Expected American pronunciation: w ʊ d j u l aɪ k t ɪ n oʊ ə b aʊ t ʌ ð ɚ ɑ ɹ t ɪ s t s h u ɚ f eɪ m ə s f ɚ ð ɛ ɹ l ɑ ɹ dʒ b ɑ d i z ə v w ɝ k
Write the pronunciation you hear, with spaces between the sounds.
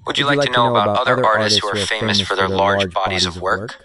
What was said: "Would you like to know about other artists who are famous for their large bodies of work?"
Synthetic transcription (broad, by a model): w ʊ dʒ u l aɪ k t ɪ n oʊ ə b aʊ t ʌ ð ɚ ɑ ɹ t ɪ s t s h u ɚ f eɪ m ə s f ɚ ð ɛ ɹ l ɑ ɹ dʒ b ɑ d i z ə v w ɝ k